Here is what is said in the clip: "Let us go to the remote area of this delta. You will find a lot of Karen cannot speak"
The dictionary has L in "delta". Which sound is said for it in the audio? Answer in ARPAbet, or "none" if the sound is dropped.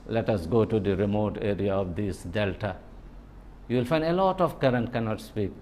L